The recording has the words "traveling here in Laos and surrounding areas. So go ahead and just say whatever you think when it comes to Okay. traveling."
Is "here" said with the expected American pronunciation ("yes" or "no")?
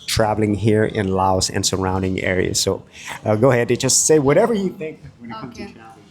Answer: yes